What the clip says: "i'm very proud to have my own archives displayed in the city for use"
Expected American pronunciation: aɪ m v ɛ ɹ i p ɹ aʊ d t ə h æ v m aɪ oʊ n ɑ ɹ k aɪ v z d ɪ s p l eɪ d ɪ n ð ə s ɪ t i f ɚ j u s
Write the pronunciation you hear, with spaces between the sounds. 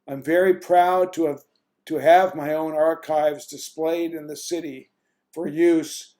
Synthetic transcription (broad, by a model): aɪ m v ɛ ɹ i p ɹ aʊ d t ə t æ v m aɪ oʊ n ɑ ɹ k aɪ v z d ɪ s p l eɪ d ɪ n ð ə s ɪ t i f ɚ j u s